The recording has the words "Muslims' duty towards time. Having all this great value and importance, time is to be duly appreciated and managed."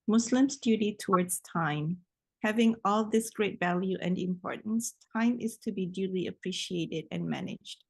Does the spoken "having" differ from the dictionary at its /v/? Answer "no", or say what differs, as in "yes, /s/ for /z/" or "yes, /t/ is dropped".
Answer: no